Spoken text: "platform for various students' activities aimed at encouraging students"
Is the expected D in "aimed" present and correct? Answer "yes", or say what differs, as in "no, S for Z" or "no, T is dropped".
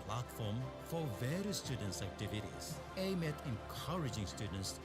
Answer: no, D is dropped